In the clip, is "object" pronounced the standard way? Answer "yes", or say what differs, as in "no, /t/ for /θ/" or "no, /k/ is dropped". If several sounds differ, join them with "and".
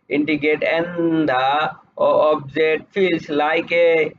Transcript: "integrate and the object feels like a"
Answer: no, /k/ is dropped